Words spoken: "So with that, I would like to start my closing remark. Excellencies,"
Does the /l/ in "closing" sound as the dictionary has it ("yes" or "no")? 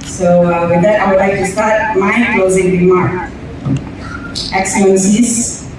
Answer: yes